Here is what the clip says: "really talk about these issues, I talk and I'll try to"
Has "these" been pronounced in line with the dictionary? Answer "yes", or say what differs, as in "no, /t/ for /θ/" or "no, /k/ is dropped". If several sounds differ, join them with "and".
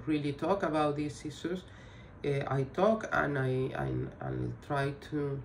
no, /s/ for /z/